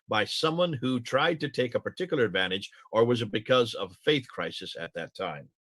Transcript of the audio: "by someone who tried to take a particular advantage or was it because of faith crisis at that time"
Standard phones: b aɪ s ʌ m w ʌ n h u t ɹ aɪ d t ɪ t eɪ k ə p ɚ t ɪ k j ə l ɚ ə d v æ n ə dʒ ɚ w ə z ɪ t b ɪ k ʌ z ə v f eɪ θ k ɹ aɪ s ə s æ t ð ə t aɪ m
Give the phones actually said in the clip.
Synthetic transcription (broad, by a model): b aɪ s ʌ m w ʌ n h u t ɹ aɪ d t ɪ t eɪ k ə p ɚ t ɪ k j l ɚ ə d v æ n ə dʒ ɚ w ə z ɪ t b ɪ k ʌ z ə v f eɪ θ k ɹ aɪ s ə s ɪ t ð ə t aɪ m